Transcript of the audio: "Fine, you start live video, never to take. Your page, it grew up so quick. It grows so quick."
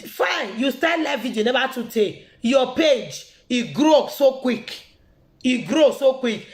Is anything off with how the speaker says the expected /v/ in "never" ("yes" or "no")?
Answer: yes